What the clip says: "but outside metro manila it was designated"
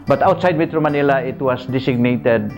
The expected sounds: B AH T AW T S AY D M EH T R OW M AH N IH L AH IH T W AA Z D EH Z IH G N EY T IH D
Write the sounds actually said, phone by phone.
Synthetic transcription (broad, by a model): B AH T AW T S AY D M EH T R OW M AH N IH L AH IH T W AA S D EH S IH G N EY T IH D